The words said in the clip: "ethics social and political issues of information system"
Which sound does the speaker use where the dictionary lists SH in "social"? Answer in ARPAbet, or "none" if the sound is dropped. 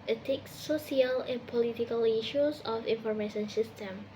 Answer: none